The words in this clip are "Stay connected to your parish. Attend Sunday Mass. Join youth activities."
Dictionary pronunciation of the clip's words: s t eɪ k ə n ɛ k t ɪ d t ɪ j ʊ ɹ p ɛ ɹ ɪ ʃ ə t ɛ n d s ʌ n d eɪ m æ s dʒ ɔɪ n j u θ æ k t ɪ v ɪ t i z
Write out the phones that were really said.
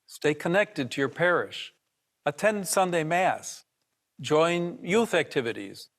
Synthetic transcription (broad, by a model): s t eɪ k ə n ɛ k t ɪ d t ɪ j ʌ ɹ p ɛ ɹ ɪ ʃ ə t ɛ n d s ʌ n d eɪ m æ s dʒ ɔɪ n j u θ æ k t ɪ v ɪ t i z